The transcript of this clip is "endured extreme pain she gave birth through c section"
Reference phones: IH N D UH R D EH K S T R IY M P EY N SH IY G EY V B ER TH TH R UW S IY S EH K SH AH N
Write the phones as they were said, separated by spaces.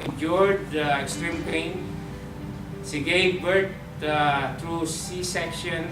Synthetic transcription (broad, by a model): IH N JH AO R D EH K S T R IY M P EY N S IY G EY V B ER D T R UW S IY S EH K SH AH N